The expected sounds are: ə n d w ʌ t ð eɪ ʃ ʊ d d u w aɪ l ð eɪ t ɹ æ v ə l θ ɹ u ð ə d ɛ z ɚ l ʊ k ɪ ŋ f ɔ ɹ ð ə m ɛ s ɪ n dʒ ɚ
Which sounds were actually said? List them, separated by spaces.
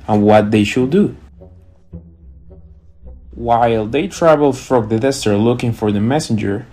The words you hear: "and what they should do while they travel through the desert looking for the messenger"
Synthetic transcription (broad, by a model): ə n w ʌ t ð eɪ ʃ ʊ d d u w aɪ l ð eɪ t ɹ æ v ə l f ɹ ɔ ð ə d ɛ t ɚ l ʊ k ɪ ŋ f ɔ ɹ ð ə m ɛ s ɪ n dʒ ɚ